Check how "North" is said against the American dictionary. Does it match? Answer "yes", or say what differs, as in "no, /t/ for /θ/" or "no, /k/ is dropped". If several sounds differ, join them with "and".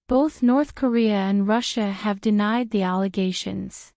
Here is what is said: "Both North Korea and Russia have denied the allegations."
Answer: yes